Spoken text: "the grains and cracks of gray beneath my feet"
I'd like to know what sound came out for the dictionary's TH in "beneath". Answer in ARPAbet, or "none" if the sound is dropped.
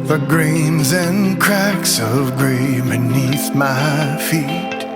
TH